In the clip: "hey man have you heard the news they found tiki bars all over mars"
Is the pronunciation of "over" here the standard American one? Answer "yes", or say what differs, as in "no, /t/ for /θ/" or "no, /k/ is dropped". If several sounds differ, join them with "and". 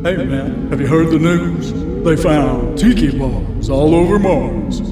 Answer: yes